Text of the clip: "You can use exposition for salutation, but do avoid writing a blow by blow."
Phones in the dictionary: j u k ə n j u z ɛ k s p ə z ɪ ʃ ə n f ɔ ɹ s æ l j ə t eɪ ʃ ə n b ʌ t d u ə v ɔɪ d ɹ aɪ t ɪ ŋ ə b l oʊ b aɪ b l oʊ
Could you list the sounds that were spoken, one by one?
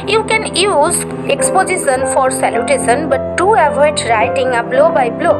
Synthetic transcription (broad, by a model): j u k ə n j u z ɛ k s p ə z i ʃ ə n f ɔ ɹ s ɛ l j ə t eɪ s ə n b ʌ t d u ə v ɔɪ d ɹ aɪ t ɪ ŋ ə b l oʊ b aɪ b l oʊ